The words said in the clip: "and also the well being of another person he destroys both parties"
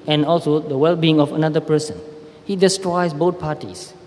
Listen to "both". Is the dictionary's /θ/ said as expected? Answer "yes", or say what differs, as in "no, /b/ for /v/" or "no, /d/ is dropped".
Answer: no, /t/ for /θ/